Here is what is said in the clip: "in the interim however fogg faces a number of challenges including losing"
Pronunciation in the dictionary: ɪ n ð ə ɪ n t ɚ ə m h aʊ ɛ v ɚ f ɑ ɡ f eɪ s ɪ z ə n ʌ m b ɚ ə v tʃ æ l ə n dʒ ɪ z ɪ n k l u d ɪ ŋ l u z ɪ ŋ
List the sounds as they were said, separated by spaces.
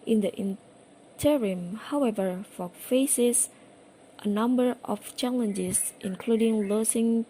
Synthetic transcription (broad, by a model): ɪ n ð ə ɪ n t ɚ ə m h aʊ ɛ v ɚ f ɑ f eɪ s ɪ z ə n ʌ m b ɚ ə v tʃ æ l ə n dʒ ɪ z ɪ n k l u d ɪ ŋ l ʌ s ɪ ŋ